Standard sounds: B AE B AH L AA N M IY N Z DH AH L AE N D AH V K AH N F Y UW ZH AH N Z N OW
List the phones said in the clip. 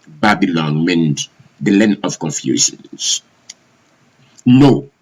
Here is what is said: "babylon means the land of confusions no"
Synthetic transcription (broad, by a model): B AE B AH L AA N M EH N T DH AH L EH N AH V K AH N F Y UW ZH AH N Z N OW